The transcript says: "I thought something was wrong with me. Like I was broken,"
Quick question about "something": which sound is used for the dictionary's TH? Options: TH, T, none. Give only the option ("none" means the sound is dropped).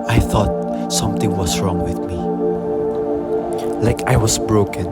T